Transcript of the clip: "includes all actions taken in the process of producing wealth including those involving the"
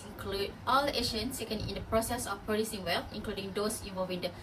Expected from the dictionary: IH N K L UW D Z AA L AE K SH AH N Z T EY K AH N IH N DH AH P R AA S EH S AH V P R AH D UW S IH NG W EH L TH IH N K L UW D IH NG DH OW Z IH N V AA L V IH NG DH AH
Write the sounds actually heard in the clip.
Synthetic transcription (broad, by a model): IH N K L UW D AA L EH SH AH N S T EY K AH N IH N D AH P R AA S EH S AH F P R AH D UW S IH NG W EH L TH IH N K L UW D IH NG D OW S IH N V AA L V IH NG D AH